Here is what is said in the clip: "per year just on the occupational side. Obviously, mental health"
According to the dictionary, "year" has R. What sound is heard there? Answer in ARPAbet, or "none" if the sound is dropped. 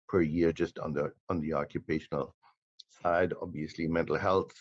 R